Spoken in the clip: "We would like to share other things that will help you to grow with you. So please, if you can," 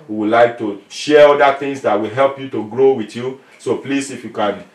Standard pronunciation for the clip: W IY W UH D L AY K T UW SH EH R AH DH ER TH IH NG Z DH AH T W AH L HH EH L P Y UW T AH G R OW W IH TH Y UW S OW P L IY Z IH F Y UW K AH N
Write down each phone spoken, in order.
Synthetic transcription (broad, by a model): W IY W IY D L AY K T UW SH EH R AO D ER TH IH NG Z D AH T W AH L HH EH L P Y UW T AH G R OW W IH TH Y UW S OW P L IY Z IH F Y UW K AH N